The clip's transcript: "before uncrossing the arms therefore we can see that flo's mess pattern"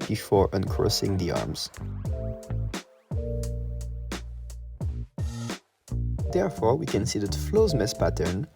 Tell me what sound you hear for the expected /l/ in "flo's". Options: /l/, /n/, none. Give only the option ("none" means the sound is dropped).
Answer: /l/